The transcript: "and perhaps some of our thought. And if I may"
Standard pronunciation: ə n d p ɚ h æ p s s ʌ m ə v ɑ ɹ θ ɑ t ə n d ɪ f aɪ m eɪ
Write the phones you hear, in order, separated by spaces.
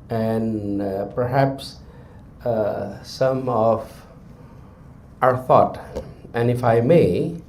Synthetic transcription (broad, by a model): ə n p ɚ h æ p s s ʌ m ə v ɑ ɹ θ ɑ t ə n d ɪ f aɪ m eɪ